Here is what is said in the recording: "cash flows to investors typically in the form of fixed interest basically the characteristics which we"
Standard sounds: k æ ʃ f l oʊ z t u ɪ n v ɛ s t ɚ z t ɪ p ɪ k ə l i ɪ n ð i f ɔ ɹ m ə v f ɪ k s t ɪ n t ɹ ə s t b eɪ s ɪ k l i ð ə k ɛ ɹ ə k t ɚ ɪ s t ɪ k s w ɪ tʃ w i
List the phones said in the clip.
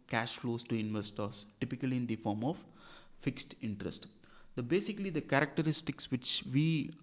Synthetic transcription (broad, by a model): k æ ʃ f l oʊ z t u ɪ n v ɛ s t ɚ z t ɪ p ɪ k ə l i ɪ n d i f ɔ ɹ m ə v f ɪ k s t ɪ n t ɹ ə s t b eɪ s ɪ k l i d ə k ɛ ɹ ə k t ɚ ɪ s t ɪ k s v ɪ tʃ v i